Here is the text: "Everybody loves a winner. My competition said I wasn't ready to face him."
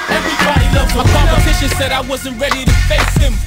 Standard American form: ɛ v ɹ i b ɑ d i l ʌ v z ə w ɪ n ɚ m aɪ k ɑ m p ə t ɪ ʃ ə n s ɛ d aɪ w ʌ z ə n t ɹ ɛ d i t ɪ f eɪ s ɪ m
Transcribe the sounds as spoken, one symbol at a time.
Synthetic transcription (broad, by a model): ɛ v ɹ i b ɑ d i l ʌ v ə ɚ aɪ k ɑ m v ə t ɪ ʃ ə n s ɛ d aɪ w ʌ z ə n t ɹ ɛ d i t ɪ f eɪ s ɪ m